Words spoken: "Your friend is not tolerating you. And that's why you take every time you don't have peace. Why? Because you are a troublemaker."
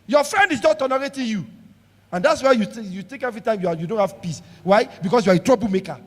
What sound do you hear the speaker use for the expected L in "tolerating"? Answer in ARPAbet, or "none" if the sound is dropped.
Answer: N